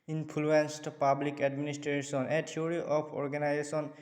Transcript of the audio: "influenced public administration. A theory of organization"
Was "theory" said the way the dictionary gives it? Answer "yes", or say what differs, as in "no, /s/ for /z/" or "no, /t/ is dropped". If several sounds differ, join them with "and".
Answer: no, /t/ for /θ/